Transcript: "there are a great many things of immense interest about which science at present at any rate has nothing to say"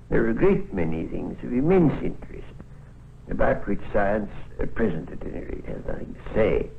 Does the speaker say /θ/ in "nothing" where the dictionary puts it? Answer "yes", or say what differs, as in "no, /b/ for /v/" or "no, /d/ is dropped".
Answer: yes